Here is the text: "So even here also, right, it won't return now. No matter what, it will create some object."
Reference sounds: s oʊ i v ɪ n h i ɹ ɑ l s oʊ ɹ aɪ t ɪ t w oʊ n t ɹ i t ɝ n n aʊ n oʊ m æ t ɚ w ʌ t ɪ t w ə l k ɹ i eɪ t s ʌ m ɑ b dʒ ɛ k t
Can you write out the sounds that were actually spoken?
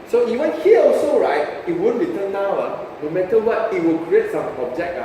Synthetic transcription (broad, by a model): s oʊ i v ɪ n h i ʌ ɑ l s oʊ ɹ aɪ t ɪ t w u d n ɹ i t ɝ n n aʊ n oʊ m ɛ t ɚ w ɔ t ɪ t w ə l k ɹ i eɪ t s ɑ m ɑ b dʒ ɛ k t